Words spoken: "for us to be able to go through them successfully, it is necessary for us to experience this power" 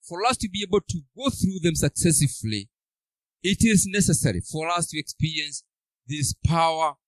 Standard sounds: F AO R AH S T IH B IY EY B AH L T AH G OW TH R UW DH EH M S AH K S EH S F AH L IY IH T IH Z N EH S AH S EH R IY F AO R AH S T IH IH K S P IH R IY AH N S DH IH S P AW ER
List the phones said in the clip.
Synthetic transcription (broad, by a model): F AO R AH S T IH B IY EY B AH L T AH G OW TH R UW DH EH M S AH K S EH S AH L IY IH T IH Z N EH S AH S EH R IY F AO R AH S T IH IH K S P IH R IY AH N S DH IH S P AW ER